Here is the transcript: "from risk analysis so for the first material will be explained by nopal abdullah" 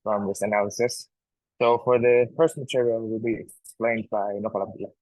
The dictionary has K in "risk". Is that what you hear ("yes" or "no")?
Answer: no